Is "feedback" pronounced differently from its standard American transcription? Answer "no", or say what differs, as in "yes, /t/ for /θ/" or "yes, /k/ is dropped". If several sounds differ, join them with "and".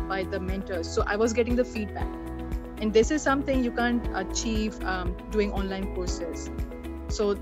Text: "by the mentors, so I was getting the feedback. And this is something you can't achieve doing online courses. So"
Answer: no